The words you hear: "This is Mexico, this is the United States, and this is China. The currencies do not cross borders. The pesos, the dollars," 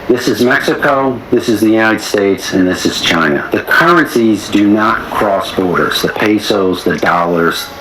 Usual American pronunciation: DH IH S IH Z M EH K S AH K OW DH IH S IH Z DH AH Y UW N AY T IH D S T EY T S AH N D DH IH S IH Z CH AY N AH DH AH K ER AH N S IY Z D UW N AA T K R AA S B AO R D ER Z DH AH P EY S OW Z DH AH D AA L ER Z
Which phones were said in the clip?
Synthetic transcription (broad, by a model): DH IH S IH Z M EH K S AH K OW DH IH S IH Z DH AH Y UW N AY T IH D S T EY T S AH N DH IH S IH Z CH AY N AH DH AH K ER AH N S IY Z D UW N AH T K R AA S B AO R D ER Z DH AH P EY S OW Z DH AH D AA L ER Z